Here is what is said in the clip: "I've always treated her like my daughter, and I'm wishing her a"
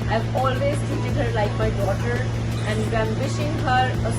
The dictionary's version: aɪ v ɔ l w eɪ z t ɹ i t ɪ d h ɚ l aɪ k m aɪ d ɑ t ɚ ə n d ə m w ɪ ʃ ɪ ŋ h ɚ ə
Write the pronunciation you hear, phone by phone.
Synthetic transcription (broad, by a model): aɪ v ɔ l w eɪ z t i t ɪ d h ɚ l aɪ k m aɪ d ɑ t ɚ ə n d ə m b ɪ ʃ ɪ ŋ h ɚ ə